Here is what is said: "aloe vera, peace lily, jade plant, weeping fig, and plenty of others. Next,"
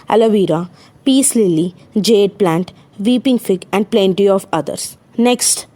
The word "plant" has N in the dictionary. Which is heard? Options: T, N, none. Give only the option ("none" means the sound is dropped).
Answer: N